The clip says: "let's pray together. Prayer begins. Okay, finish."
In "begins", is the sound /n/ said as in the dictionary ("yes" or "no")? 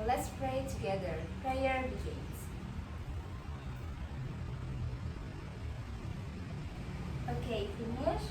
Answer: no